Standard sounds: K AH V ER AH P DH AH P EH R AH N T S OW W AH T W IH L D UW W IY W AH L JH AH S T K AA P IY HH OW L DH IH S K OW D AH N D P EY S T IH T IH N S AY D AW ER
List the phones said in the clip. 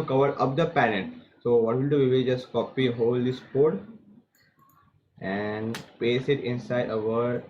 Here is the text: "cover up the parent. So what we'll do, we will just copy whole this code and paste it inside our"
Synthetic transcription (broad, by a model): K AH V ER AH P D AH P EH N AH T S OW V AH T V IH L D UW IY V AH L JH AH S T K AA P IY HH OW L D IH S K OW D AH N D P EY S IH T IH N S AY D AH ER